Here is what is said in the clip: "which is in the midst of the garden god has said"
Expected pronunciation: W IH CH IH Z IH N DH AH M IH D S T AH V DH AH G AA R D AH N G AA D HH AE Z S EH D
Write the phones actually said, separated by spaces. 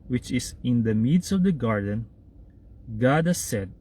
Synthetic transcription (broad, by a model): W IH CH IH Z IH N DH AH M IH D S AH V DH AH G AA R D AH N G AA D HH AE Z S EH D